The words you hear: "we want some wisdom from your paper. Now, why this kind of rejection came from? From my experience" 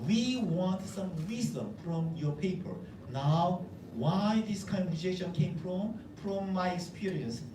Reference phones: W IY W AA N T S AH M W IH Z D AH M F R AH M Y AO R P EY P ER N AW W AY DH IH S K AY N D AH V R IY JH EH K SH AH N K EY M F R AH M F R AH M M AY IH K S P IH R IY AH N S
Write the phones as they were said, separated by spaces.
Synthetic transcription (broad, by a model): W IY W AA N T S AH M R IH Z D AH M F R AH M Y AO R P EY P ER N AW W AY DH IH S K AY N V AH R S EH SH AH N K EY M F R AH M F R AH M M AY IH K S P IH R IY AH N S